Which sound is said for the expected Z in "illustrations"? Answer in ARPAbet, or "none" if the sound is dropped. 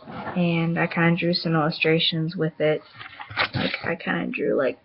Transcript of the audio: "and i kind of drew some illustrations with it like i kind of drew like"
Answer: Z